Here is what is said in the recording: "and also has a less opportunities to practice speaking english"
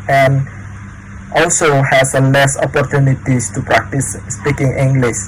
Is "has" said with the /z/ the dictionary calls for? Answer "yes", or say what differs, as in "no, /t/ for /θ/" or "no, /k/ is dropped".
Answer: no, /s/ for /z/